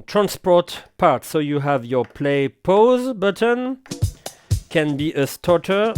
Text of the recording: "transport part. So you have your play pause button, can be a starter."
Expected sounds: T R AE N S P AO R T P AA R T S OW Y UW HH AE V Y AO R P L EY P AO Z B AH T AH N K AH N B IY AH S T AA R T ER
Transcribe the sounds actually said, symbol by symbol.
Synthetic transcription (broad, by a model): T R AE N S P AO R T P AA R T S OW Y UW HH AE V Y AO R P L EY P AO Z B AH T AH N K AH N B IY AH S T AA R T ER